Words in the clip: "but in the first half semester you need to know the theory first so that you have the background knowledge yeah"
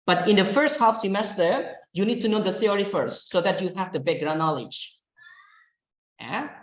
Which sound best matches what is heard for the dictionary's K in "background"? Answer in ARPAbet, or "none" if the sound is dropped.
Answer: none